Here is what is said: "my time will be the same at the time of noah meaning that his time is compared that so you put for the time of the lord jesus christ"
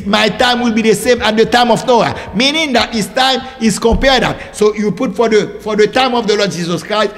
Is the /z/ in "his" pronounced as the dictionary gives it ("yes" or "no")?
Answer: no